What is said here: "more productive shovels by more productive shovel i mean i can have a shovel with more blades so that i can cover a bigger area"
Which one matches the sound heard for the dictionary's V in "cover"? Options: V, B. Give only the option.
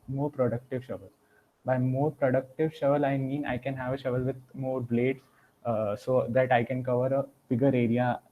V